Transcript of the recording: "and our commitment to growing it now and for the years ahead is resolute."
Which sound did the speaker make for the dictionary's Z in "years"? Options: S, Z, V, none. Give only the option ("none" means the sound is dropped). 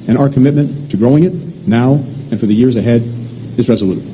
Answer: Z